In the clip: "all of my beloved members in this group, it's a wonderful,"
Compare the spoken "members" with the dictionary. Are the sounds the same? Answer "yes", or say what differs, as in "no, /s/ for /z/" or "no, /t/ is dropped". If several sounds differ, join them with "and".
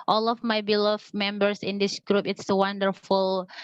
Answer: no, /s/ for /z/